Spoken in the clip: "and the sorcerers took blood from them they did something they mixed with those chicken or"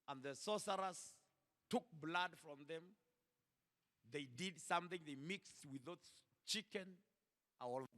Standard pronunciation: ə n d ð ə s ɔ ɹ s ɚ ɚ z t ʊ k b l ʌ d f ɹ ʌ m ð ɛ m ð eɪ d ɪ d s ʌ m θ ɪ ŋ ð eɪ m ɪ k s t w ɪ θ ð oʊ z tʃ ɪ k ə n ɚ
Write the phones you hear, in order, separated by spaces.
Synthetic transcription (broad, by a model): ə n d ð ə s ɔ s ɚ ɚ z t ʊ k b l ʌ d f ɹ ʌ m ð ɛ m ð eɪ d ɪ d s ʌ m θ ɪ ŋ ð eɪ m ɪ k s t w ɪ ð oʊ s tʃ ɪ k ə n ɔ